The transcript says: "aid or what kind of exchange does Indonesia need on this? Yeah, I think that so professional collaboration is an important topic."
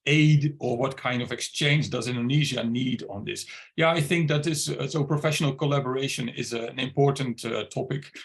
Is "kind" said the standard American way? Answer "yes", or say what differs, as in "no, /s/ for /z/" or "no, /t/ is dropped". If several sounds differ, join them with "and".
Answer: yes